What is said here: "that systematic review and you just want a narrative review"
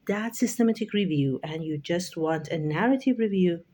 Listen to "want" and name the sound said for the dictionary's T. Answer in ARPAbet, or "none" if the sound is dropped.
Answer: T